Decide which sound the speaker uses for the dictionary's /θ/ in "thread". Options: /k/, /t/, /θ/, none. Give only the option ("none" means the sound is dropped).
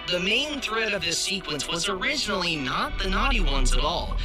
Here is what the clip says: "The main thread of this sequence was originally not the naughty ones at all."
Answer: /θ/